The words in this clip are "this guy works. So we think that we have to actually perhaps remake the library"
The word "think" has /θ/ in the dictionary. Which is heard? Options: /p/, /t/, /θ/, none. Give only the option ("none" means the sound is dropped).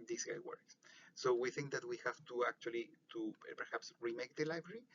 /θ/